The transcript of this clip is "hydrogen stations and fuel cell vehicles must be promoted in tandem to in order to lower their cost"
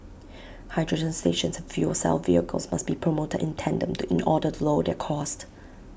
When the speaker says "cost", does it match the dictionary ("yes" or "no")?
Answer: yes